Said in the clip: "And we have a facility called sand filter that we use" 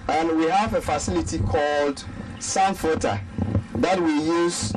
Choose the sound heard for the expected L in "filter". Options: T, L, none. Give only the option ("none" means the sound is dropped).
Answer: none